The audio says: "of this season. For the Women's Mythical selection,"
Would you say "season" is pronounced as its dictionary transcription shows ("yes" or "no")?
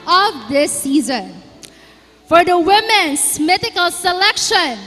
yes